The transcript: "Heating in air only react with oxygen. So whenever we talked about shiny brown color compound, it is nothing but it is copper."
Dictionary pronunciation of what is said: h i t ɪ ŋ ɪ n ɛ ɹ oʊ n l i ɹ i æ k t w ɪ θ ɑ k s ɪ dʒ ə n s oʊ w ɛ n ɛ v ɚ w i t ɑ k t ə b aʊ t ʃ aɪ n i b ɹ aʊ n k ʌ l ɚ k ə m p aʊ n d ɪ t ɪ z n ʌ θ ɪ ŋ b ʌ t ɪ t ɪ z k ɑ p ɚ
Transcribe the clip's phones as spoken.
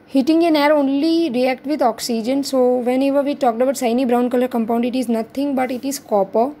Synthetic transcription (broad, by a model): h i t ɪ ŋ ɪ n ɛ ɹ oʊ n l i ɹ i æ k t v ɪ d ɑ k s ɪ dʒ ə n s oʊ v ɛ n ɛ v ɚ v i t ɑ k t ə b aʊ t s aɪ n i b ɹ aʊ n k ʌ l ɚ k ə m p aʊ n d ɪ t ɪ z n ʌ t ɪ ŋ b ʌ t ɪ t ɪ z k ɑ p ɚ